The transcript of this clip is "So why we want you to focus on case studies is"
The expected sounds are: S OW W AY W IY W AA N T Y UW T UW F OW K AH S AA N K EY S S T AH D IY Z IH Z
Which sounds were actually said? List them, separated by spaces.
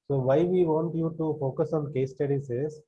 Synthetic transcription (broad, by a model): S OW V AY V IY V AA N T Y UW T UW F OW K AH S AA N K EY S S T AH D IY S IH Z